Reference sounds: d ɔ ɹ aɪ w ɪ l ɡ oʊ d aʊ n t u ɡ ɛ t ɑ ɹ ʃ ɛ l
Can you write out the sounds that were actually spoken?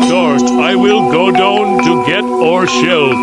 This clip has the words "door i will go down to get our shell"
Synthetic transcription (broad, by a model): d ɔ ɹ aɪ w ɪ l ɡ oʊ d aʊ n t u ɡ ɛ t ɑ ɹ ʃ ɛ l